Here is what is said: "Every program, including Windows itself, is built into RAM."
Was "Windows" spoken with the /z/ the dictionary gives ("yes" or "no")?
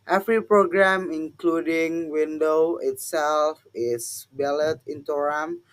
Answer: no